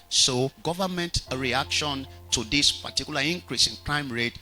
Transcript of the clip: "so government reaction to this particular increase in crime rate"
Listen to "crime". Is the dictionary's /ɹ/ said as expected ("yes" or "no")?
yes